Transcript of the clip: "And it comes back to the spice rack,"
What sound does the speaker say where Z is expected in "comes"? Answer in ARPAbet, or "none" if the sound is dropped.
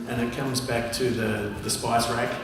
Z